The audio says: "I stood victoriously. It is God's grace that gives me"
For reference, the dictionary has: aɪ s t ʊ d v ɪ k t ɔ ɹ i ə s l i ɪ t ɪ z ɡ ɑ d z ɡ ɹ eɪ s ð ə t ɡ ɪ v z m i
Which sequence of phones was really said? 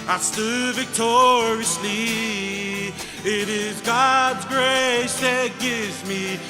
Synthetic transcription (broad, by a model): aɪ s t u v ɪ k t ɔ ɹ i ə s l i ɪ t ɪ z ɡ ɑ d z ɡ ɹ eɪ s ð ə t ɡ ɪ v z m i